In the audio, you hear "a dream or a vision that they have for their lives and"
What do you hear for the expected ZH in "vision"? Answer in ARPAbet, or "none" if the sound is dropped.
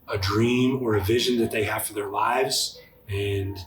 ZH